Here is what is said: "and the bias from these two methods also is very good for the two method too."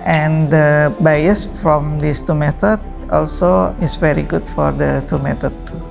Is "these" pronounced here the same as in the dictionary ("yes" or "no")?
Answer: no